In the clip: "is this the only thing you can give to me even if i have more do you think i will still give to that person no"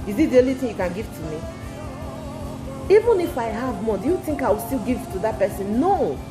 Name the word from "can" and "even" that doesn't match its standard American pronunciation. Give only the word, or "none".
none